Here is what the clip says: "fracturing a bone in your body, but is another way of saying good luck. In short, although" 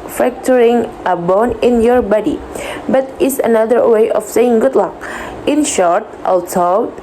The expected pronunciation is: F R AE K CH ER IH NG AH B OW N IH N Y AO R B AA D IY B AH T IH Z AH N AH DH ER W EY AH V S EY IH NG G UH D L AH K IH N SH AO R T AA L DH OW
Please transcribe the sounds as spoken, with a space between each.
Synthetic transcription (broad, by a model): F R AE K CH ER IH NG AH B OW N IH N Y AO R B AA D IY B AH T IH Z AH N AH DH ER W EY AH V S EY IH NG G UH D L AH K IH N SH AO R T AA L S OW